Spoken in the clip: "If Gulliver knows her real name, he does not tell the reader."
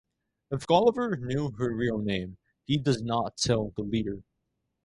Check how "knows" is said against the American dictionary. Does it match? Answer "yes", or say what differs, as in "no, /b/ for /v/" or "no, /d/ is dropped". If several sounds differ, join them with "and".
no, /z/ is dropped